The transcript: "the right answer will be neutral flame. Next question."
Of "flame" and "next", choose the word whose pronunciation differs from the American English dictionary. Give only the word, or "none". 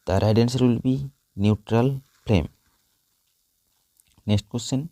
flame